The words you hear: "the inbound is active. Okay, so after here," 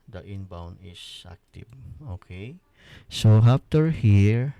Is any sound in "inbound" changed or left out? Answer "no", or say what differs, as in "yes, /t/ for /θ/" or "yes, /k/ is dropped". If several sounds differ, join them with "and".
yes, /d/ is dropped